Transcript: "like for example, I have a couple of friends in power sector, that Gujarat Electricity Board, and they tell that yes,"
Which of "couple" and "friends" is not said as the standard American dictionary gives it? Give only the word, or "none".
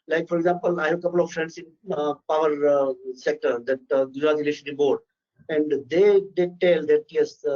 friends